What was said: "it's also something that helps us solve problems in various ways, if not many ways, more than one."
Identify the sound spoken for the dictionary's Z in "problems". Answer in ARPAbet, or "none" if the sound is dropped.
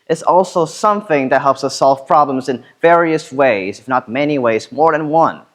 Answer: Z